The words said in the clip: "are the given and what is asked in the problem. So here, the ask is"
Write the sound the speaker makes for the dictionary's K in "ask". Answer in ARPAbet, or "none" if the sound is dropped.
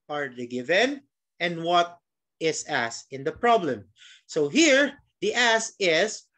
none